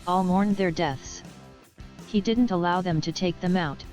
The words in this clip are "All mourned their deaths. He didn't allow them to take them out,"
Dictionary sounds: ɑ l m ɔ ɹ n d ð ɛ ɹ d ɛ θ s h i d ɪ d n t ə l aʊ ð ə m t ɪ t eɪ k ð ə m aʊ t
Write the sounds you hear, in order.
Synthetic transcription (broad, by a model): ɑ l m ɔ ɹ n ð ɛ ɹ d ɛ θ s h i d ɪ d n t ə l aʊ ð ə m t ɪ t eɪ k ð ə m aʊ t